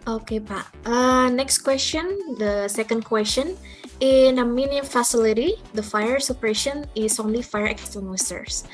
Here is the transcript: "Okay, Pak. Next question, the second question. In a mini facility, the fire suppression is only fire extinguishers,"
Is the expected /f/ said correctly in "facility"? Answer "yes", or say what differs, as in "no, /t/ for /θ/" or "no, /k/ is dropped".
yes